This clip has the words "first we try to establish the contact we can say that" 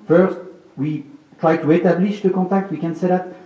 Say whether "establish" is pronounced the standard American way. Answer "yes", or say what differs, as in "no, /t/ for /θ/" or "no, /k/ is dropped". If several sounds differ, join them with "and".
no, /s/ is dropped